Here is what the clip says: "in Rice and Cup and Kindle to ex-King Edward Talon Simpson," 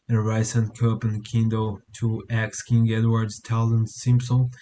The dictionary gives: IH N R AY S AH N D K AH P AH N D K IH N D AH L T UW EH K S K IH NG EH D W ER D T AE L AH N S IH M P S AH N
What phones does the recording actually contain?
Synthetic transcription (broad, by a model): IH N R AY S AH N K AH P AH N K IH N D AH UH T UW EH K S K IH NG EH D W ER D T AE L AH N S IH M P S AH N